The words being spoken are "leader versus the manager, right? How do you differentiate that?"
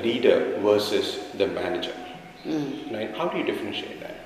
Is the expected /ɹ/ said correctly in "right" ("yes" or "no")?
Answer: no